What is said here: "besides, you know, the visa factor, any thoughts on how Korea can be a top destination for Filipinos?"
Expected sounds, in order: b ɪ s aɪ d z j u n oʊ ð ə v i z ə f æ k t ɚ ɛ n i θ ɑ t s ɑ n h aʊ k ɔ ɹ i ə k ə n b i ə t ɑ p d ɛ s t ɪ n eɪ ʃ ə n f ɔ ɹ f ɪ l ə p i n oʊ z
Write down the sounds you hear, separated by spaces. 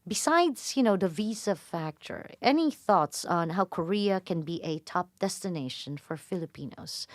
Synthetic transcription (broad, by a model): b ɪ s aɪ d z j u n oʊ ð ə v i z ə f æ k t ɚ ɛ n i θ ɑ t s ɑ n h aʊ k ɔ ɹ i ə k ə n b i ə t ɑ p d ɛ s t ɪ n eɪ ʃ ə n f ɔ ɹ f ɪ l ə p i n oʊ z